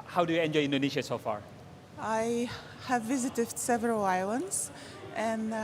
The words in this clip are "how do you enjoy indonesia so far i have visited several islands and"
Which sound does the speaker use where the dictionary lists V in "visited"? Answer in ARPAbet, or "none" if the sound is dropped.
V